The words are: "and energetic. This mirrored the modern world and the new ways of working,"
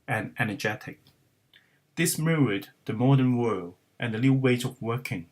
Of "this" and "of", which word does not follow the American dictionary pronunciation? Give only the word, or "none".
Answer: none